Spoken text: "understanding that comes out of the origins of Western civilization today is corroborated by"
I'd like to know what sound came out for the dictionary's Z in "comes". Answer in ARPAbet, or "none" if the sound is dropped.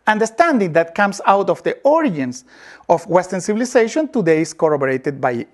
S